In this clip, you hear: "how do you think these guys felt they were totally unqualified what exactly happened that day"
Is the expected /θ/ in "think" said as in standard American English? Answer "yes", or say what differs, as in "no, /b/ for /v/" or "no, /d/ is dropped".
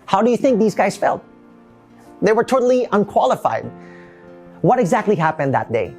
yes